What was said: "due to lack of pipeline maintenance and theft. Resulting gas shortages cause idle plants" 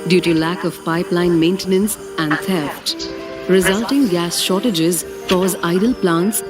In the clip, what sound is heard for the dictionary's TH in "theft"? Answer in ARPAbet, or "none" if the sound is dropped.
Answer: T